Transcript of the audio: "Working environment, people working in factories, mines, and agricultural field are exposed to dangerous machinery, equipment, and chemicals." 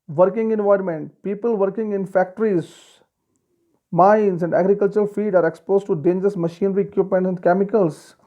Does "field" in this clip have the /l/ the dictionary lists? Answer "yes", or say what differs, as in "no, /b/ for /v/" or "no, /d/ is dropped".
no, /l/ is dropped